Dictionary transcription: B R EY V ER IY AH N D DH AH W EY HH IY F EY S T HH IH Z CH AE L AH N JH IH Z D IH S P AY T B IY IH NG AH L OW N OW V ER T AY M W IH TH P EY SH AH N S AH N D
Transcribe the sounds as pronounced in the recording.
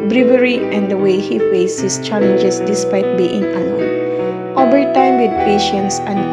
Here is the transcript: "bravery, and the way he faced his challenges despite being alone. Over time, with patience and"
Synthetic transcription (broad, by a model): B R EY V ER IY AH N D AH W EY HH IY F EY S HH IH S CH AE L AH N JH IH S D IH S P AY T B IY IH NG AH OW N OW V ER T AY M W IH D P EY SH AH N S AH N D